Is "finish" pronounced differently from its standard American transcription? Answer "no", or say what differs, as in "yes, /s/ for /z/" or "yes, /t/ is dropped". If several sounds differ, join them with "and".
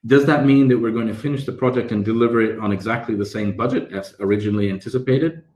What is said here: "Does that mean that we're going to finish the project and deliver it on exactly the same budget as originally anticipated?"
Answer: no